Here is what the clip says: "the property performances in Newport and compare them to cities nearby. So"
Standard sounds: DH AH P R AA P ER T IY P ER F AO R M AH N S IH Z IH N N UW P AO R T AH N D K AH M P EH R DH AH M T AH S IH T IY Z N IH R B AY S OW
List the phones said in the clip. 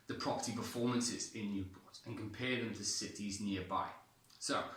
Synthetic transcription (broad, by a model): DH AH P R AA P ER T IY P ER F AO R M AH N S IH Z IH N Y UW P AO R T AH N K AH M P EH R DH AH M T AH S IH T IY Z N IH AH B AY S OW